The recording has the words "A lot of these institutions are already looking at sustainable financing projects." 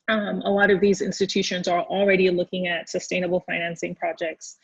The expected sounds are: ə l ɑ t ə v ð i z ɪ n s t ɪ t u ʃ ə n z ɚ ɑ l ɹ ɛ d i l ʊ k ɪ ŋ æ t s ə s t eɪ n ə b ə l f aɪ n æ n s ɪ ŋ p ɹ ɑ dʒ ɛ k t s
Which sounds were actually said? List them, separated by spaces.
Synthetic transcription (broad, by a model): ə l ɑ t ə v ð i z ɪ n s t ɪ t u ʃ ə n z ɚ l ɹ ɛ d i l ʊ k ɪ ŋ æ t s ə s t eɪ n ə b l f aɪ n æ n s ɪ ŋ p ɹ ɑ dʒ ɛ k t s